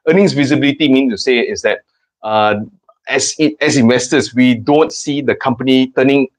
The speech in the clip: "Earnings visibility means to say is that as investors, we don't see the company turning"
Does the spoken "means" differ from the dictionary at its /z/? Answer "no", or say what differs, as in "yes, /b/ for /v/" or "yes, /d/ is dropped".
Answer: yes, /z/ is dropped